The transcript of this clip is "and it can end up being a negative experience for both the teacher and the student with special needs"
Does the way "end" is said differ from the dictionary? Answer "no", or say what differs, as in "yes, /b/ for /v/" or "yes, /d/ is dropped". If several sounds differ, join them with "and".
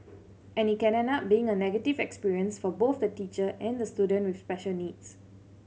yes, /d/ is dropped